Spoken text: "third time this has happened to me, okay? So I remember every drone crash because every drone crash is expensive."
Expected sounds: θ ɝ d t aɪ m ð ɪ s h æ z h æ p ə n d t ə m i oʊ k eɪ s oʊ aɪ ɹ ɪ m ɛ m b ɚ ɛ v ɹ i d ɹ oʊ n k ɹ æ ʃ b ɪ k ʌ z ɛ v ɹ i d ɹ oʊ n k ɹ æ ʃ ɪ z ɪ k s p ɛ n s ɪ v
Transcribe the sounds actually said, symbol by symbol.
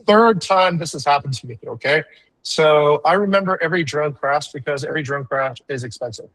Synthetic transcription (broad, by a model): θ ɝ d t aɪ m ð ɪ s h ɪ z h æ p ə n t ə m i oʊ k eɪ s oʊ aɪ ɹ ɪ m ɛ m b ɚ ɛ v ɹ i d ɹ oʊ n k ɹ æ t b ɪ k ʌ z ɛ v ɹ i d ɹ oʊ n k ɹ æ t ɪ z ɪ k s p ɛ n s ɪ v